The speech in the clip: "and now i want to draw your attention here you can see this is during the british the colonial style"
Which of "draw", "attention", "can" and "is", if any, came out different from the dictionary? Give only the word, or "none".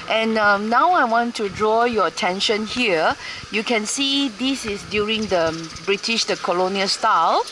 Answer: is